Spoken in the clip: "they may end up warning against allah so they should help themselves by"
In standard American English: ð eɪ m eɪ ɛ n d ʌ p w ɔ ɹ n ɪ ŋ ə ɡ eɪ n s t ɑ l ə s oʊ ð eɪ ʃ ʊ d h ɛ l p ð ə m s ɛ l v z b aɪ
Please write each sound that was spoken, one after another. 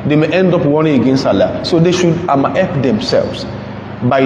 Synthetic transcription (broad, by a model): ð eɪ m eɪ ɛ n d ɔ p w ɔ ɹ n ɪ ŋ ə ɡ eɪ n s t ɑ l ə s oʊ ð eɪ ʃ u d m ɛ p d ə m s ɛ l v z b aɪ